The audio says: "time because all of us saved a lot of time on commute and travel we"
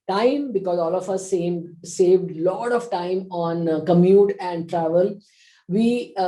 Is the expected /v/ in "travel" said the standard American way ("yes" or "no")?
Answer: yes